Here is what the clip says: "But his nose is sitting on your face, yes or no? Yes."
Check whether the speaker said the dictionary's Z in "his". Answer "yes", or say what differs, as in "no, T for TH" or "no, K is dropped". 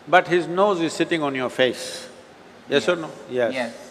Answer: yes